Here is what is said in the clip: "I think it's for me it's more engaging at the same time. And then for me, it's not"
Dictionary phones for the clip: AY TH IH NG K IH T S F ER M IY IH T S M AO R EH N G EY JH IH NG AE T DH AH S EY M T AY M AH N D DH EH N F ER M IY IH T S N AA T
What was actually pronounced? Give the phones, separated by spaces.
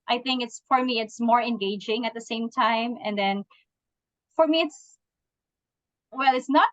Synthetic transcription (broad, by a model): AY TH IH NG K IH T S F ER M IY IH T S M AO R EH N G EY JH IH NG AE T DH AH S EY M T AY M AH N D DH EH N F ER M IY IH T S N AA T